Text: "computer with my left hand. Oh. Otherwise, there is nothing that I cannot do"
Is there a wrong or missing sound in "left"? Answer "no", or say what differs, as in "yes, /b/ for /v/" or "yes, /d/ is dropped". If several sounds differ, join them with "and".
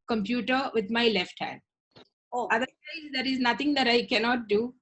no